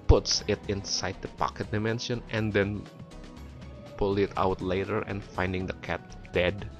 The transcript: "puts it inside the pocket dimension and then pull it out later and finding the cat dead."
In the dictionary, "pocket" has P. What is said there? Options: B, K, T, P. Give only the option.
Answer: P